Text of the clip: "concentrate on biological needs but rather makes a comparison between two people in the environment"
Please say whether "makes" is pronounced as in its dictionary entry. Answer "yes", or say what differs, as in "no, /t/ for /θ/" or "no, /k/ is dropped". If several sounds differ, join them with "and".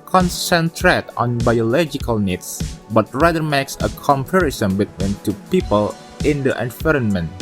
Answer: yes